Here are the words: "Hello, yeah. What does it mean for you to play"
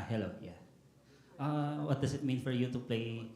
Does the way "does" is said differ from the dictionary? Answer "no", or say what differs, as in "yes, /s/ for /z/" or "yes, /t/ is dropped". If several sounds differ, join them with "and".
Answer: yes, /s/ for /z/